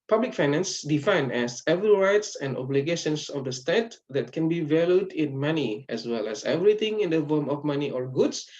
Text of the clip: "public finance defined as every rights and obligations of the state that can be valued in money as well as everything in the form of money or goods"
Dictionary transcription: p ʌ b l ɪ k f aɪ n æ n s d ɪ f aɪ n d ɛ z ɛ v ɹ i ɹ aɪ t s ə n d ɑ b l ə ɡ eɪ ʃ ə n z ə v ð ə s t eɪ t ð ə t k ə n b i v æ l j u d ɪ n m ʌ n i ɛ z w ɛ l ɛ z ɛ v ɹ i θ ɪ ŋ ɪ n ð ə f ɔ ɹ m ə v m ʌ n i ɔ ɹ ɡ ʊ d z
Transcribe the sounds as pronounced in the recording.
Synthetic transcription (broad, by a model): p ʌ b l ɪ k f aɪ n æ n s d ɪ f aɪ n ɛ s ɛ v i ɹ aɪ t s ə n d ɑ b l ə ɡ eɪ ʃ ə n s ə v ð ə s t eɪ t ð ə t k ə n b i v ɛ l j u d ɪ n m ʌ n i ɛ s w ɛ l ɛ s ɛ v ɹ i t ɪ ŋ ɪ n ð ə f ɔ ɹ m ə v m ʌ n i ɔ ɹ ɡ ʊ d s